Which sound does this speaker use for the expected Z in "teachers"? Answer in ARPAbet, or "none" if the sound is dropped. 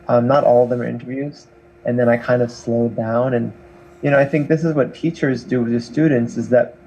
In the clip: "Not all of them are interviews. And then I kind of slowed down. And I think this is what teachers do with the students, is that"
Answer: Z